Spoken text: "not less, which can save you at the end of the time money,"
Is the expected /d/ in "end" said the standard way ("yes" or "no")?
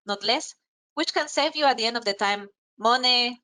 yes